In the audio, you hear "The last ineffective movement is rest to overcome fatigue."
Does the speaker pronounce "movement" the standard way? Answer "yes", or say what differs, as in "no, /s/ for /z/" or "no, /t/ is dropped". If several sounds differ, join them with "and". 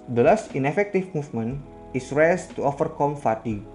no, /t/ is dropped